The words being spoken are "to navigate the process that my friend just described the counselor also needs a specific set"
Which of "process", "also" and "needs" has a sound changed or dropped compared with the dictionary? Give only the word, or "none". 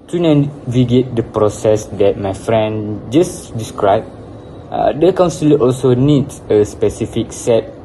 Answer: needs